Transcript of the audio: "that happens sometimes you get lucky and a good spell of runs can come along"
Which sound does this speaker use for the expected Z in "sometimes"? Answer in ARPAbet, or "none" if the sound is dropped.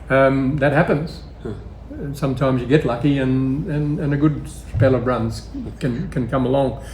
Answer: Z